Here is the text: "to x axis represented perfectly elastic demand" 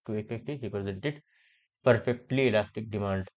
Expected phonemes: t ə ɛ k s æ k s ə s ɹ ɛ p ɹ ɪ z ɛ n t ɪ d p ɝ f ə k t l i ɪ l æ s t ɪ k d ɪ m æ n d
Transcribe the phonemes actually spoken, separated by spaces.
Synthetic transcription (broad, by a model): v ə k ɛ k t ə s ɹ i p ɹ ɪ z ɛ n t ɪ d p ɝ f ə k t l i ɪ l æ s t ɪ k d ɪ m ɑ n d